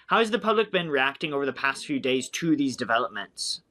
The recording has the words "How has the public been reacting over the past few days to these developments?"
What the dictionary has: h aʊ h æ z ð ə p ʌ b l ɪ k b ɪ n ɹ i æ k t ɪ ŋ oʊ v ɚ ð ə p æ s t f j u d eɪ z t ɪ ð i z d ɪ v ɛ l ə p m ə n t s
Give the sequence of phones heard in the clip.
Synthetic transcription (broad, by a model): h aʊ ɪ z ð ə p ʌ b l ɪ k b ɪ n ɹ i æ k t ɪ ŋ oʊ v ɚ ð ə p æ s t f j u d eɪ z t ɪ ð i z d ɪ v ɛ l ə p m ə n t s